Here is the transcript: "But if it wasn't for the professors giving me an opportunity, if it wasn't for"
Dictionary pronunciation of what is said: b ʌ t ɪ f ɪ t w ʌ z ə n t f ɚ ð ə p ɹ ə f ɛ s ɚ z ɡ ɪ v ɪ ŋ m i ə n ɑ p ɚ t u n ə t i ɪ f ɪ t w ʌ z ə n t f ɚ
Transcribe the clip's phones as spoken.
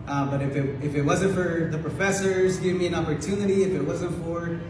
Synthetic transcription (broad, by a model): b ʌ t ɪ f ɪ t w ʌ z ə n t f ɚ ð ə p ɹ ə f ɛ s ɚ z ɡ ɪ v m i ə n ɑ p ɚ t u n ə t i ɪ f ɪ t w ʌ z ə n t f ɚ